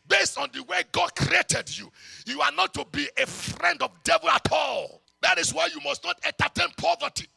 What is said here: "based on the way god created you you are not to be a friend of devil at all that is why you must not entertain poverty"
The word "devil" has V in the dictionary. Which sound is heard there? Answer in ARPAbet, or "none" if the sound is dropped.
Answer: V